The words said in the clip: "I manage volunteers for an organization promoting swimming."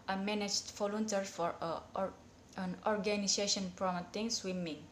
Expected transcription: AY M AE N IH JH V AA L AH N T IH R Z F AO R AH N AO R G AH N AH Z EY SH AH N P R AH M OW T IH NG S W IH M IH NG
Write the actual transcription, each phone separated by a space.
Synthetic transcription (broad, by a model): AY M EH N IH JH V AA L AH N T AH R F AO R AH N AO R G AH N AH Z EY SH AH N P R AH M OW T IH NG S W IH M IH NG